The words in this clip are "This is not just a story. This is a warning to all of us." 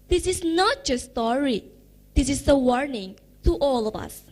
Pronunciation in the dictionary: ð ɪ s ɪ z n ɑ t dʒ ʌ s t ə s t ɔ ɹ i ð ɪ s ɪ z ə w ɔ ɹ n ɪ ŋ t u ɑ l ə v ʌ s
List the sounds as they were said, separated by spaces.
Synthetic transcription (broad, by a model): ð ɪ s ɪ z n ɑ t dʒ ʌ ə s t ɔ ɹ i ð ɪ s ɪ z ə w ɔ ɹ n ɪ ŋ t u ɑ l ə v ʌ s